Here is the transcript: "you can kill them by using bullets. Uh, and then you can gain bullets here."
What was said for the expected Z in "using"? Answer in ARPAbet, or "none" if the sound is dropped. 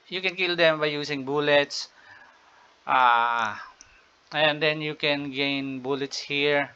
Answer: S